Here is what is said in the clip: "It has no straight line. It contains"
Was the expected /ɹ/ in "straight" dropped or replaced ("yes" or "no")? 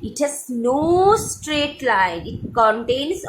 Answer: no